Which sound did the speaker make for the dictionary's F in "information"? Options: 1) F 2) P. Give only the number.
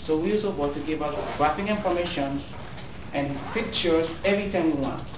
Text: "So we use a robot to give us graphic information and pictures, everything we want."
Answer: 2